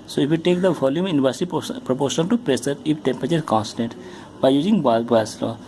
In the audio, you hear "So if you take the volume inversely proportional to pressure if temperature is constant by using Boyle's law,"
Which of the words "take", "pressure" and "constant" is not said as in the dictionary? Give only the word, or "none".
pressure